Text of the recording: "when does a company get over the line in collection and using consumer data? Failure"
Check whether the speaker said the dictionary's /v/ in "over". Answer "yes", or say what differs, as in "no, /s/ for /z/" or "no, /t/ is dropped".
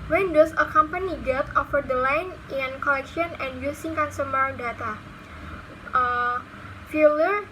no, /f/ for /v/